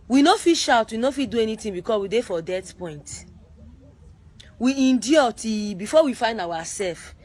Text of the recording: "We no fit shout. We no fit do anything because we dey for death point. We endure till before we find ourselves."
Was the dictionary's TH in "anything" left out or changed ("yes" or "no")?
yes